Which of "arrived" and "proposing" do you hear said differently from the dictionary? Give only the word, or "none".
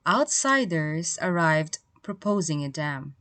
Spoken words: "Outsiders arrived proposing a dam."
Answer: none